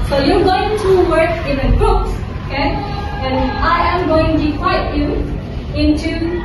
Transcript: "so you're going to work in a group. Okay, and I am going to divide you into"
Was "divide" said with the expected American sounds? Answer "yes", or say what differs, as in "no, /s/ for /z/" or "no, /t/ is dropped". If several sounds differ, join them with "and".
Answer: no, /v/ is dropped